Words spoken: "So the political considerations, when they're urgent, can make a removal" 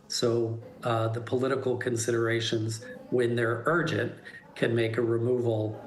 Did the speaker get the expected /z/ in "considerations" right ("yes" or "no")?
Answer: yes